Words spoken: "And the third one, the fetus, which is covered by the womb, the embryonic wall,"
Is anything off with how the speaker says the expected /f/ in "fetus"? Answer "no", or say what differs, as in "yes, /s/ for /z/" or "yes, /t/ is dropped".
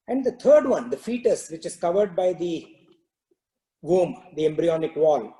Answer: no